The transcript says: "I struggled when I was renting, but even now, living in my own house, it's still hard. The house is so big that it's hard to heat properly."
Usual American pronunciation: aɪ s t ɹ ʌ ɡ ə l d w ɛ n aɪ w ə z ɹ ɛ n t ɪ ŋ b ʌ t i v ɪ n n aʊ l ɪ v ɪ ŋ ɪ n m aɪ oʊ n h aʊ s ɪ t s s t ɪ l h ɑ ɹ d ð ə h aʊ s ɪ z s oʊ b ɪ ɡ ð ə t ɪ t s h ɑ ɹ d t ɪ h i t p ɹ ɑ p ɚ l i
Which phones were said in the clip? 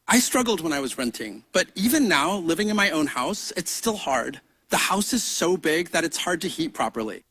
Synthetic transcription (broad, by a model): aɪ s t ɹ ʌ ɡ l d w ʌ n aɪ w ə z ɹ ɛ n t ɪ ŋ b ʌ t i v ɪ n n aʊ l ɪ v ɪ ŋ ɪ n m aɪ oʊ n h aʊ s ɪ t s s t ɪ l h ɑ ɹ d ð ə h aʊ s ɪ z s oʊ b ɪ ɡ ð ə t ɪ t s h ɑ ɹ d t ɪ h i t p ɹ ɑ p ɚ l i